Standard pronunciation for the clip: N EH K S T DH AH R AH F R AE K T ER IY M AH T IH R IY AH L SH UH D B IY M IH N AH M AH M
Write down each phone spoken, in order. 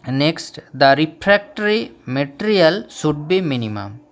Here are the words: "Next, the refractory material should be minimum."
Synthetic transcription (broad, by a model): N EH K S T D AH R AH P R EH K T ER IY M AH T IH R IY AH L S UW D B IY M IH N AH M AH M